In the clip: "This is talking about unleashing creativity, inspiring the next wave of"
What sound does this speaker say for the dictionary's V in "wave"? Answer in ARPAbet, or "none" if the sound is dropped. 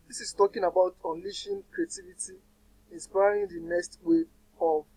none